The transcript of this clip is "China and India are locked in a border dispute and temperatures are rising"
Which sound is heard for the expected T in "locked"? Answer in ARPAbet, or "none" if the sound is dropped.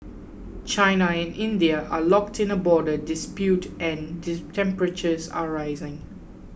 T